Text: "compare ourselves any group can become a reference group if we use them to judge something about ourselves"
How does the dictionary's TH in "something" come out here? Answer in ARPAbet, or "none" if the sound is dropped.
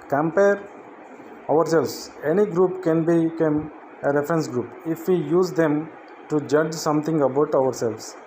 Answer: T